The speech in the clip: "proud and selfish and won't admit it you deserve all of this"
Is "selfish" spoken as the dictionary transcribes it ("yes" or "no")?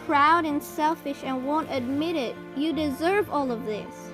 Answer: yes